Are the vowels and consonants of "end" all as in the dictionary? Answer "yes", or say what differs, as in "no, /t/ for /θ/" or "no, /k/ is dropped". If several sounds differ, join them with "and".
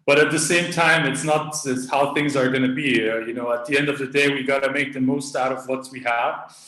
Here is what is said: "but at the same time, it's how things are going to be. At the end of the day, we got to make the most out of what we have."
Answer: yes